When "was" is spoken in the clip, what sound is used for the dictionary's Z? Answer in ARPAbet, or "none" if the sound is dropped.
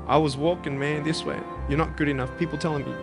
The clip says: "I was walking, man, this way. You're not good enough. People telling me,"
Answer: Z